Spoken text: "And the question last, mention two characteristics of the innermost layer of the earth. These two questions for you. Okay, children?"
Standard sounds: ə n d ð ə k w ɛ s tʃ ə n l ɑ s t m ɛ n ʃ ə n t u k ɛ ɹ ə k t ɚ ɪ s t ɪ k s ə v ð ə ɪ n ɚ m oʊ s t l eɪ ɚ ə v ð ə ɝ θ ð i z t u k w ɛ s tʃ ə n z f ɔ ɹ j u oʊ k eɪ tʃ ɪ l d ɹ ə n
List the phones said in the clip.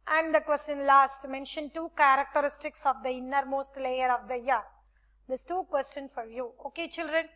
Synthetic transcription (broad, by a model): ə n d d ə k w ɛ s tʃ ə n l ɑ s t m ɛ n ʃ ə n t u k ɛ ɹ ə k t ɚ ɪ s t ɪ k s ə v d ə ɪ n ɚ m oʊ s t l eɪ ɚ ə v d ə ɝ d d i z t u k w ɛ s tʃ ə n f ɔ ɹ j u oʊ k eɪ tʃ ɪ l d ɹ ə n